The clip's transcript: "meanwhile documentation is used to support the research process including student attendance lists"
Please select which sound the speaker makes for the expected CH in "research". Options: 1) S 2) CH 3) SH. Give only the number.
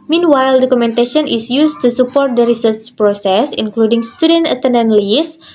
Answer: 1